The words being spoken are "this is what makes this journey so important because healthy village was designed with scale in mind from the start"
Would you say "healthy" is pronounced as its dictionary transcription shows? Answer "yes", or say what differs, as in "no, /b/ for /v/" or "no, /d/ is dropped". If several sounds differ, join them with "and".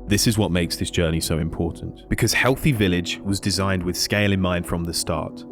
yes